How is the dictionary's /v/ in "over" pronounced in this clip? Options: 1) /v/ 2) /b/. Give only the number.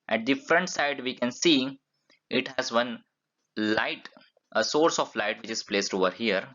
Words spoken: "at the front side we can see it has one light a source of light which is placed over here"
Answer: 1